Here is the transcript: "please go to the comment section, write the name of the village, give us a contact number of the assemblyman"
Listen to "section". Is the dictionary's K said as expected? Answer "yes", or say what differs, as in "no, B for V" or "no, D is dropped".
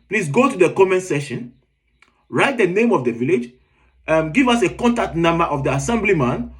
no, K is dropped